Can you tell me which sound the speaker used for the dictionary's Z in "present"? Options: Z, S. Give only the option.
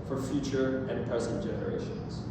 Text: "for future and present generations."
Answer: S